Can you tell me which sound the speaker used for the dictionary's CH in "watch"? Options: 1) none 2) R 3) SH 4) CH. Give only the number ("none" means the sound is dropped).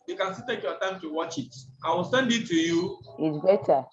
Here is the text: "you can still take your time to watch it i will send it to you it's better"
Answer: 4